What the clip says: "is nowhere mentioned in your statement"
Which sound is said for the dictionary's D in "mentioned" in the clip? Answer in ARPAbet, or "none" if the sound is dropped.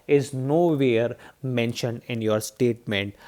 D